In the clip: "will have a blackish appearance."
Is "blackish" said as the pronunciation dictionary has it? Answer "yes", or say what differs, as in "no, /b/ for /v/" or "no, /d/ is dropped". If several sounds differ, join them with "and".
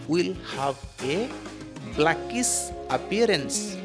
no, /s/ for /ʃ/